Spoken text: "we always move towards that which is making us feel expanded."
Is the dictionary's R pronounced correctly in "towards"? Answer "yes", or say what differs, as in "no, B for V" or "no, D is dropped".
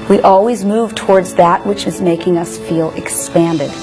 yes